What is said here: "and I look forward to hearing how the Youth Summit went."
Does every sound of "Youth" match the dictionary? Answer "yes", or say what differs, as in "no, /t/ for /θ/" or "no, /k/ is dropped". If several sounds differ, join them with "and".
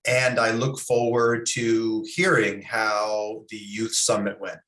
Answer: yes